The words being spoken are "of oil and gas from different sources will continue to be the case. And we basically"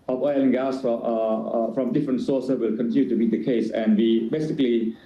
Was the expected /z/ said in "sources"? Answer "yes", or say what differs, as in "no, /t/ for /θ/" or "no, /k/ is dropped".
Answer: no, /s/ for /z/